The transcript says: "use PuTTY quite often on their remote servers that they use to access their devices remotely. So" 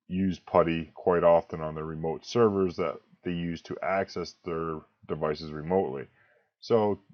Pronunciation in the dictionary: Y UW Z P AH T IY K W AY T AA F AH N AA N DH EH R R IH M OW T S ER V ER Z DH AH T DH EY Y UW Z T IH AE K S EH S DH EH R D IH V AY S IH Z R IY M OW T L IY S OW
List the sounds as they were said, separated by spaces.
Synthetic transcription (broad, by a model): Y UW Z P AH T IY K W AY T AA F AH N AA N DH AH R R IH M OW T S ER V ER Z DH AH T DH EY Y UW Z T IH AE K S EH S DH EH R D IH V AY S IH Z R IY M OW T L IY S OW